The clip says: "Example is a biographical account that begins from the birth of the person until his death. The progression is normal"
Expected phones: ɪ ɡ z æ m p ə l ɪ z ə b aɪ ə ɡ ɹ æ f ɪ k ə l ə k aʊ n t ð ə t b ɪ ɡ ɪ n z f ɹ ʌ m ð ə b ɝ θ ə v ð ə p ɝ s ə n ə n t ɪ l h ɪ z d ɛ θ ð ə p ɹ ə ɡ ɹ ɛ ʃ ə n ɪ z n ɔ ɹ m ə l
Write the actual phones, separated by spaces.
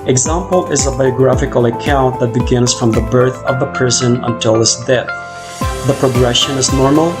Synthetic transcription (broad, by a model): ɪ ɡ z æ m p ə l ɪ z ə b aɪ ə ɡ ɹ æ f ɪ k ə l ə k aʊ n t ð ə t b ɪ ɡ ɪ n z f ɹ ʌ m ð ə b ɝ θ ə v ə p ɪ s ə n ə n t ɪ l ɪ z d ɛ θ ð ə p ɹ ə ɡ ɹ ɛ ʃ ə n ɪ z n ɔ ɹ m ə l